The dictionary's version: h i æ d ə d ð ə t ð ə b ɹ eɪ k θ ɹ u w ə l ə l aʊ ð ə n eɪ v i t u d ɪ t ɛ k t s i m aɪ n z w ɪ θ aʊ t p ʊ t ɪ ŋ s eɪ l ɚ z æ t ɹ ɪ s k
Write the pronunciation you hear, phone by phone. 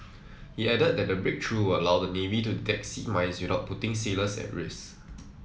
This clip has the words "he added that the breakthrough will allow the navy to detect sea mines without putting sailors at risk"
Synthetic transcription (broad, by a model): h i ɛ d ə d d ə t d ə b ɹ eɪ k t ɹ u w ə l ə l aʊ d ə n eɪ v i t u d ɪ t ɛ k t s i m aɪ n s w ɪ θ aʊ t p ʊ t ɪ ŋ s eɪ l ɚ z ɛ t ɹ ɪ s